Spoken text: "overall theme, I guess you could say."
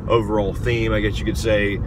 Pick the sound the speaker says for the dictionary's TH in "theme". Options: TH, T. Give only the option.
TH